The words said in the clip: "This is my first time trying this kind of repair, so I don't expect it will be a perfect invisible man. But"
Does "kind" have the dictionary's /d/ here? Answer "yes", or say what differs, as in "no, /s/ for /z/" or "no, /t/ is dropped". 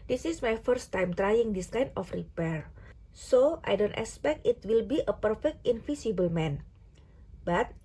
no, /d/ is dropped